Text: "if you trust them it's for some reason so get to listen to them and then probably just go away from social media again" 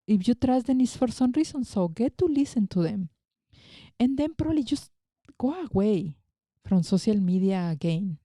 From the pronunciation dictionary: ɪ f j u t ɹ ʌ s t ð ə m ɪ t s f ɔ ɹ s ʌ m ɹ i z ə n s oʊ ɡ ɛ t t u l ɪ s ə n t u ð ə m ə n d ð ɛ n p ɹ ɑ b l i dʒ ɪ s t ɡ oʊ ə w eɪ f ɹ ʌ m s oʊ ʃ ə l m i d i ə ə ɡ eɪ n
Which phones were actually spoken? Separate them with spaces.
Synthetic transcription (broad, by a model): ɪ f j u t ɹ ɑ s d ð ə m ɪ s f ɔ ɹ s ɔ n ɹ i s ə n s oʊ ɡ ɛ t t u l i s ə n t u ð ə m ə n d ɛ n p ɹ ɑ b l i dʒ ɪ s ɡ oʊ ə w eɪ f ɹ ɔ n s oʊ s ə l m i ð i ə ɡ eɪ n